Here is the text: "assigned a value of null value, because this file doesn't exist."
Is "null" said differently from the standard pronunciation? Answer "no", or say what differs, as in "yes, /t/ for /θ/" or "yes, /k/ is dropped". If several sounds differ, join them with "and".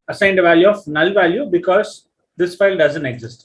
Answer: no